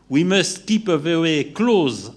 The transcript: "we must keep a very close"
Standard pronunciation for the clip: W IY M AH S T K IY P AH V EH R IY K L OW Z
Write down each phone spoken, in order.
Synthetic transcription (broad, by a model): W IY M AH S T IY P AH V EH W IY K L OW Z